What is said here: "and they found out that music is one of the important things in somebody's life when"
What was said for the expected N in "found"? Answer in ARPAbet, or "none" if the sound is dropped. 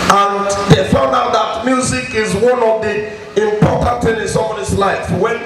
N